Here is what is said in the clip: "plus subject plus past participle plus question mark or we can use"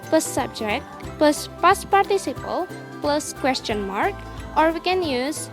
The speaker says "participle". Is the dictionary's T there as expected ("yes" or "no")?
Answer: yes